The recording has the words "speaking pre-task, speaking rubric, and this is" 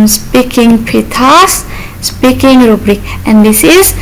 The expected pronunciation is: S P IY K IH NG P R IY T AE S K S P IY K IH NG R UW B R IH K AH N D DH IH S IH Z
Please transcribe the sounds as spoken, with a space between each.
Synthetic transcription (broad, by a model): S P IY K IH NG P IY T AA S S P IY K IH NG R UW B R IH K AH N D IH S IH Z